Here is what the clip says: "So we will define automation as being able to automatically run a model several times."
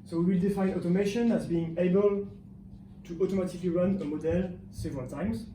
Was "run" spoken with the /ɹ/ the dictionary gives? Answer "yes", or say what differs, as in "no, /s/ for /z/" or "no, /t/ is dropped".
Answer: yes